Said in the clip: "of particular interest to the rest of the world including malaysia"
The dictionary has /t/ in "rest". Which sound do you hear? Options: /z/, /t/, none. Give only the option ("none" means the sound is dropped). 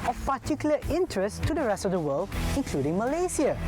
/t/